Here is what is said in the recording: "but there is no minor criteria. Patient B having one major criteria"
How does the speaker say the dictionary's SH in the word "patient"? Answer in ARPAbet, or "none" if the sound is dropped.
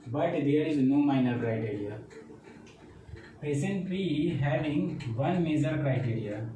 S